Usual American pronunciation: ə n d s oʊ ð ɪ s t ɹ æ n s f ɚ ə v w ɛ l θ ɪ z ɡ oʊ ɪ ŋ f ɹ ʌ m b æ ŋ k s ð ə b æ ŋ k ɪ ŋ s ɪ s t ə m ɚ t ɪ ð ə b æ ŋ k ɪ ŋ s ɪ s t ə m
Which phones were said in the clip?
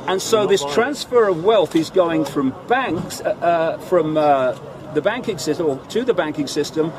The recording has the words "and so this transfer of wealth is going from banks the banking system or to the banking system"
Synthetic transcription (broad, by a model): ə n s oʊ ð ɪ s t ɹ æ n s f ɚ ə v w ɛ l θ ɪ z ɡ oʊ ɪ ŋ f ɹ ʌ m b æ ŋ k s ð ə b æ ŋ k ɪ ŋ s ɪ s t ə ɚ t ɪ ð ə b æ ŋ k ɪ ŋ s ɪ s t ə m